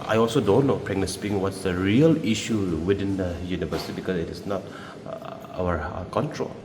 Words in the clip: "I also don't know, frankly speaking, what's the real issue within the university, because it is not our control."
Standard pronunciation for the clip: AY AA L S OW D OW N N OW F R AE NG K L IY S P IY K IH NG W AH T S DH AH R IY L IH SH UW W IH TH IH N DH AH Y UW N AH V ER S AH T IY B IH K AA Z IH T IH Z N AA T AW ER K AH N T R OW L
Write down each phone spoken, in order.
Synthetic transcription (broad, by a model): AY AA L S OW D OW N L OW P R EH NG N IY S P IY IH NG W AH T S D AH R IY L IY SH UW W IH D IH N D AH Y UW N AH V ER S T IY B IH K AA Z IH T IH S N AA T AW ER K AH N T R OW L